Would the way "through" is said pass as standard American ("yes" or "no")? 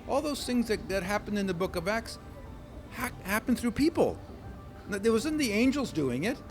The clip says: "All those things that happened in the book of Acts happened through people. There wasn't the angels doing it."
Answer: yes